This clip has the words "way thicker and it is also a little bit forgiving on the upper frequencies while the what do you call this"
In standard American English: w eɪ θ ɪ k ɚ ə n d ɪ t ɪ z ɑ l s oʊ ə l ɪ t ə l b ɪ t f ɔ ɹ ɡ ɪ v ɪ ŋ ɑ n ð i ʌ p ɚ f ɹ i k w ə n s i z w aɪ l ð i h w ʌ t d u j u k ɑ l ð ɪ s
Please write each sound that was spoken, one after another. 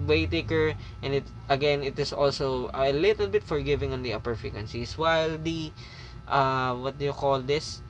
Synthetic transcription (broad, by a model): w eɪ t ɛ k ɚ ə n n ɪ t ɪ s ɑ l s oʊ ə l ɪ t ə l b ɪ t f ɔ ɹ ɡ ɪ v ɪ ŋ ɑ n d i ʌ p ɚ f i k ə n s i s w aɪ l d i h w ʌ t d u j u k ɑ l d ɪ s